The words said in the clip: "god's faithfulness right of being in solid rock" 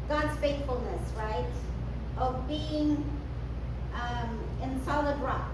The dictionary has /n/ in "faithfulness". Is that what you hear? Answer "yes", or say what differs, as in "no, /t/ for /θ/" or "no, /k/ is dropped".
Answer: yes